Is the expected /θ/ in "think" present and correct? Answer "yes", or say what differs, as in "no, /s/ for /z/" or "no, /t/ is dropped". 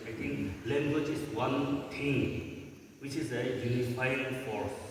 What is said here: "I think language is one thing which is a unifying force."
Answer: no, /t/ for /θ/